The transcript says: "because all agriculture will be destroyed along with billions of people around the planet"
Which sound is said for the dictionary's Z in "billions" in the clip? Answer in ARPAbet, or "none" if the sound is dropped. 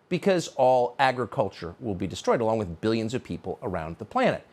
Z